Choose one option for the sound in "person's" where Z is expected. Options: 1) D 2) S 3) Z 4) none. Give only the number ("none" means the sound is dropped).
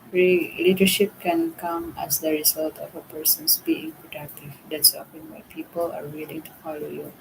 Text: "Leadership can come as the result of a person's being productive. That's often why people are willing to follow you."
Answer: 2